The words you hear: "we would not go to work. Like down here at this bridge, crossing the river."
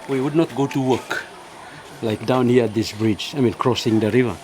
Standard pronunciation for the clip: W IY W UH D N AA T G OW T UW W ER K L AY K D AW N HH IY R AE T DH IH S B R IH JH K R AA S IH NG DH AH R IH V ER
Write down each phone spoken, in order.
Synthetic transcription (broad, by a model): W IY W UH D N AA T G OW T UW W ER K L AY K D AW N HH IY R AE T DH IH S B R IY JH K R AA S IH NG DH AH R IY V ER